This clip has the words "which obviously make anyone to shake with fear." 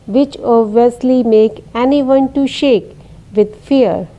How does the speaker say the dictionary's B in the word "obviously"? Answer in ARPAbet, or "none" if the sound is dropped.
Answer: none